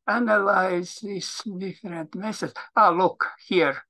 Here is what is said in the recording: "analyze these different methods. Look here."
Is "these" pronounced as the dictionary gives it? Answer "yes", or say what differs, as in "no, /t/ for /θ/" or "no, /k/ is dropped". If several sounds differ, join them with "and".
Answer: no, /s/ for /z/